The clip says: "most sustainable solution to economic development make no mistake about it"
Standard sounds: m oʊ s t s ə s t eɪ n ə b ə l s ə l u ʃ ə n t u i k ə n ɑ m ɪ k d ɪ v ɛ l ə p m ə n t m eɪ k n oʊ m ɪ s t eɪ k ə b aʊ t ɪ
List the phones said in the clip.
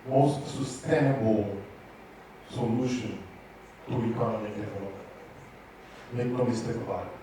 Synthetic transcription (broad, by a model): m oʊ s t s ə s t eɪ n ə b ə l s ə l u ʃ ə n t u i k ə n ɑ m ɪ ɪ ɛ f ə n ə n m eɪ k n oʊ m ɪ s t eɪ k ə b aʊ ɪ